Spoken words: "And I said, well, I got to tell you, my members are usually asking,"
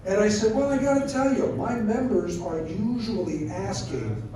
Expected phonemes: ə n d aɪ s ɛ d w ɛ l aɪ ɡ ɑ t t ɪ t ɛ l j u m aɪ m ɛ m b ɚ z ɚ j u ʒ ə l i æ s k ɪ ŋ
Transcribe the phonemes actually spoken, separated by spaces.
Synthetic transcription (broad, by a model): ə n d aɪ s ɛ d w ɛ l aɪ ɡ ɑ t t ɪ t ɛ l j u m aɪ m ɛ m b ɚ z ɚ j u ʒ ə l i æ s k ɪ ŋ